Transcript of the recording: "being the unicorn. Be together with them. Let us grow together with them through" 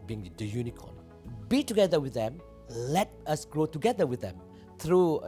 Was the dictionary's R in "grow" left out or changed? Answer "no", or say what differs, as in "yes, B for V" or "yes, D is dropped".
no